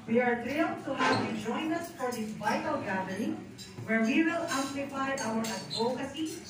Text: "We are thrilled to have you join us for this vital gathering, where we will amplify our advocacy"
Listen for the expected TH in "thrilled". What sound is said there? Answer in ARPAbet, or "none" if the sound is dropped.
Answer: T